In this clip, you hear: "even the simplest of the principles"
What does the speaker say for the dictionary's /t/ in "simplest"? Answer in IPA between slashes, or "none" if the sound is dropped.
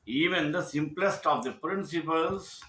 /t/